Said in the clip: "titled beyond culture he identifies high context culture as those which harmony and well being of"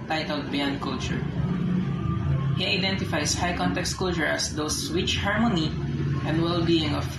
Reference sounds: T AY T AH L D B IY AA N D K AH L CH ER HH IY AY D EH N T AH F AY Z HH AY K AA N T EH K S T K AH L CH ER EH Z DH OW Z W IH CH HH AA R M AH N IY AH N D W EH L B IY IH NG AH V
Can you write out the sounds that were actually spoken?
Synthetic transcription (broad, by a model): T AY T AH L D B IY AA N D K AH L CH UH HH IY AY D EH N T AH F AY S HH AY K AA N T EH K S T K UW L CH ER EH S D OW S W IH CH HH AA R M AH N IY AH N D W EH L B IY IH NG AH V